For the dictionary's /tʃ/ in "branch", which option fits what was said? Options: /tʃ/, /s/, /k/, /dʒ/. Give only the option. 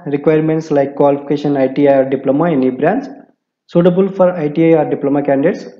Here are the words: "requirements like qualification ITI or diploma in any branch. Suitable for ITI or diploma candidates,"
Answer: /s/